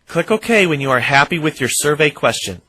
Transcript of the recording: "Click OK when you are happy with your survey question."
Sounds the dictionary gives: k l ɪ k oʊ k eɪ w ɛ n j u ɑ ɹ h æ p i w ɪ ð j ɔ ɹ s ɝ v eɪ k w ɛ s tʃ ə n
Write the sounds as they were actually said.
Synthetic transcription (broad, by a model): k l ɪ k oʊ k eɪ w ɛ n j u ɑ ɹ h æ p i w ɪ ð j ɔ ɹ s ɝ v eɪ k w ɛ s tʃ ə n